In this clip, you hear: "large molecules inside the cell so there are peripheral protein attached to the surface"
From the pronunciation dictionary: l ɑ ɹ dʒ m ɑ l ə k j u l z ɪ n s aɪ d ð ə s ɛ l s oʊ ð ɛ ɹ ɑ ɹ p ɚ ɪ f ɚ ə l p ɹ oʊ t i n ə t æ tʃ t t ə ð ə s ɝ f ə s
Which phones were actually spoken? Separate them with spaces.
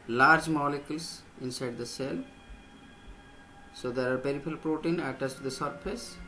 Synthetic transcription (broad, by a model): l ɑ ɹ dʒ m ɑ l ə k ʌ l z ɪ n s aɪ d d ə s ɛ l s oʊ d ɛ ɹ ɑ ɹ p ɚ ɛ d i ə l p ɹ oʊ t i n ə t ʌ s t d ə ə s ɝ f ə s